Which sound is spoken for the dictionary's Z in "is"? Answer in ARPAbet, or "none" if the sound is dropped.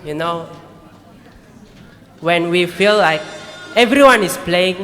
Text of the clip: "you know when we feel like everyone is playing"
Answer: S